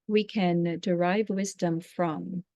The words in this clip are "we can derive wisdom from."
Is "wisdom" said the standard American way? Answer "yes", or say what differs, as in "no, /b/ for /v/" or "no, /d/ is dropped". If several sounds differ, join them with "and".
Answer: yes